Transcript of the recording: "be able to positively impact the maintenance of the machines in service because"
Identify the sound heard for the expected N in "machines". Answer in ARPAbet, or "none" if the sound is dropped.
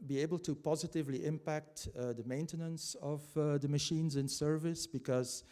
N